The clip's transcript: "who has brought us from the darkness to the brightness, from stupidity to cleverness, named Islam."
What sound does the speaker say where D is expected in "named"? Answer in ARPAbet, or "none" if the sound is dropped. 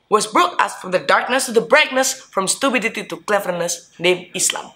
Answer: none